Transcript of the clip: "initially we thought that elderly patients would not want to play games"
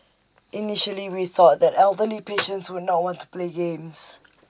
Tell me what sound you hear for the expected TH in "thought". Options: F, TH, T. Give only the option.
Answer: TH